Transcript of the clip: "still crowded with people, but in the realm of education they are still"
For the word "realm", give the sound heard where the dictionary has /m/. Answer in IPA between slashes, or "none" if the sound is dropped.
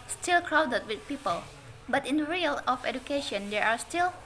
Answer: none